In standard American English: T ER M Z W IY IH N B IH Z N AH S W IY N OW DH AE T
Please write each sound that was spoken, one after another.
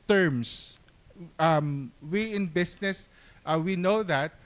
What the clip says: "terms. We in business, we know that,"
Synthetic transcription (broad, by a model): T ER M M W IY IH N B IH S N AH S W IY N OW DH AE T